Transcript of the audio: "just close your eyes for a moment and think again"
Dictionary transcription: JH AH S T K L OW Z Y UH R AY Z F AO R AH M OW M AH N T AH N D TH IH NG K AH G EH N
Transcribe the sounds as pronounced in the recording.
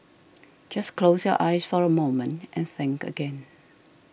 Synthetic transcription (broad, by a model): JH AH S K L OW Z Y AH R AY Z F AO R AH M OW M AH N T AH N TH IH NG K AH G EH N